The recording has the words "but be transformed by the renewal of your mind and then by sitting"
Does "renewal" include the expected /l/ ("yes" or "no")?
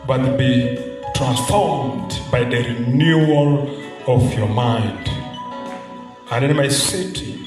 yes